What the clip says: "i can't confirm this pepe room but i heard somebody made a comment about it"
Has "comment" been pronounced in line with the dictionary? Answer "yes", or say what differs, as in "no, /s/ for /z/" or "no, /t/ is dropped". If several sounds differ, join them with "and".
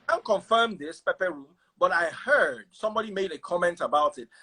yes